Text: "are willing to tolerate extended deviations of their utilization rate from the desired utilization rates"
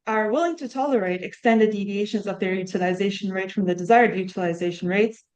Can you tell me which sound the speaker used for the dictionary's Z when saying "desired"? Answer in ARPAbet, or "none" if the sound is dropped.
Z